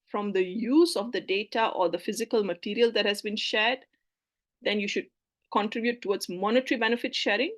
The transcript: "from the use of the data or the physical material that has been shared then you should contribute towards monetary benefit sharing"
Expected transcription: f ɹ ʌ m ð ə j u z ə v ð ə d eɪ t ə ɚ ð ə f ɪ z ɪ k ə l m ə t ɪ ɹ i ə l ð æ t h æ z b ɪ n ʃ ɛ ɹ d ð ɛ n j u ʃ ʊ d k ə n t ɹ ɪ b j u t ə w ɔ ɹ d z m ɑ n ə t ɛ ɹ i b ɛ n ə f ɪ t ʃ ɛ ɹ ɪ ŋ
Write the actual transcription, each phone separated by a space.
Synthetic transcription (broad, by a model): f ɹ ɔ m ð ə j u z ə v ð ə d eɪ t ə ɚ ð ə f ɪ z ɪ k ə l m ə t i ɹ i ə l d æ t h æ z b ɪ n ʃ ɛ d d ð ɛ n j u ʃ ʊ d k ə n t ɹ ɪ b j u t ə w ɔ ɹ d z m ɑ n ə t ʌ ɹ i b ɛ n ə f ɪ t ʃ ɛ ɹ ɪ ŋ